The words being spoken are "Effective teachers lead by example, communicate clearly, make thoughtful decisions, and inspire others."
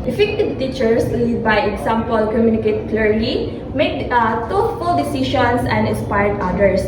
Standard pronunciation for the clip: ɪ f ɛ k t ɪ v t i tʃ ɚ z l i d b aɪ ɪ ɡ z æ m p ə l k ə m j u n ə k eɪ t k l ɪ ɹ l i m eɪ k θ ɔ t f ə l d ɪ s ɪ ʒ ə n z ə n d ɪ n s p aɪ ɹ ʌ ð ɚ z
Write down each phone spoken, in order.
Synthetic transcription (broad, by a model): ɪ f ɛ k t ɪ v t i tʃ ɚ s l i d b aɪ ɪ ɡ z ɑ m p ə l k ə m j u n ə k eɪ t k l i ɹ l i m eɪ k t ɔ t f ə l d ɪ s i ʃ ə n s ə n d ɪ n s p aɪ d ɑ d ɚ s